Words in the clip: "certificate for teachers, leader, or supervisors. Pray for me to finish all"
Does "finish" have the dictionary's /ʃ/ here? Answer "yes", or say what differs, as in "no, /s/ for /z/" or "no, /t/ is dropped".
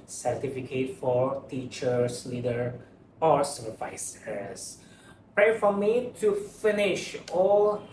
yes